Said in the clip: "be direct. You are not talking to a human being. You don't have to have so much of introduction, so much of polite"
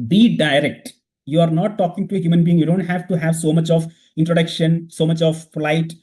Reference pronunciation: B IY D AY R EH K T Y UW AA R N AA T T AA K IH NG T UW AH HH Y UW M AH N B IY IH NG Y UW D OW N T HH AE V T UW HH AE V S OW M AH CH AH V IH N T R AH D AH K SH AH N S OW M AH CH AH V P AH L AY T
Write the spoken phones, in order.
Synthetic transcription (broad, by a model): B IY D AY R EH K T Y UW AA R N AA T T AA K IH NG T UW AH HH Y UW M AH N B IY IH NG Y UW D OW N T HH AE V T UW HH AE V S OW M AH CH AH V IH N T R AH D AH K SH AH N S OW M AH CH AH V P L AY T